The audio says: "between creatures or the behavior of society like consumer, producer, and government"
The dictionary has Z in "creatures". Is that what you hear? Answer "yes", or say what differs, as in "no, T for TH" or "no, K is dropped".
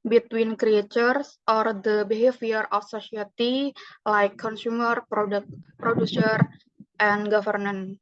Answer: no, S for Z